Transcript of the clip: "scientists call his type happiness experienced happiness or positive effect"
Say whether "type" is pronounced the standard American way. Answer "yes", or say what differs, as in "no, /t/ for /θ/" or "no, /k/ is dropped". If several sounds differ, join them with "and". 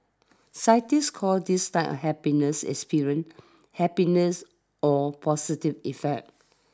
no, /f/ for /p/